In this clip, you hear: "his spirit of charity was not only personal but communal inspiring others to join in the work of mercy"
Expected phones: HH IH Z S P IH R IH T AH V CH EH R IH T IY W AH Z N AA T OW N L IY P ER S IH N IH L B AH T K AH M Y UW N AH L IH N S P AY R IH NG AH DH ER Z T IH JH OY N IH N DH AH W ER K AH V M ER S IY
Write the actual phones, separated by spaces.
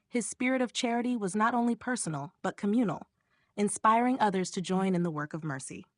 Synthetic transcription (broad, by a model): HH IH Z S P IH R IH T AH V CH EH R IH T IY W AH Z N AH T OW N L IY P ER S N L B AH T K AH M Y UW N L IH N S P AY R IH NG AH DH ER Z T IH JH OY N IH N DH AH W ER K AH V M ER S IY